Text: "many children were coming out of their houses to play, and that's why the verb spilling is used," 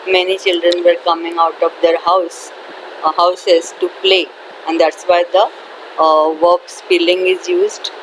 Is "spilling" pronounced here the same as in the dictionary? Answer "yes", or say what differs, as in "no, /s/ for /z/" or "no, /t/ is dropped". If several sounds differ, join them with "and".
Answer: no, /f/ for /p/